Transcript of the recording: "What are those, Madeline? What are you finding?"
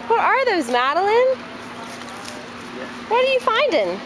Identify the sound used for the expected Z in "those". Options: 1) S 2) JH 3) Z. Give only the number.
3